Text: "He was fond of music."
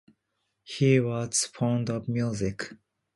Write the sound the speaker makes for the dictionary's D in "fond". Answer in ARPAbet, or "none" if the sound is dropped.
D